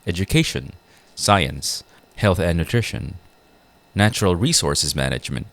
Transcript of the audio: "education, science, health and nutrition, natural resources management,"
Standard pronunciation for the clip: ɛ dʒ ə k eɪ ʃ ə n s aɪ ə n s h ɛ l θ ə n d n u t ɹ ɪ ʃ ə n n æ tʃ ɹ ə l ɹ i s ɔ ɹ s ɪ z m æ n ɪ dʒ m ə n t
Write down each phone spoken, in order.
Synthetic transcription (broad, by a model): ɛ dʒ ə k eɪ ʃ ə n s aɪ ə n s h ɛ l θ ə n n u t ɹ ɪ ʃ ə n n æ tʃ ɹ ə l ɹ i s ɔ ɹ s ɪ z m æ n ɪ dʒ m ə n t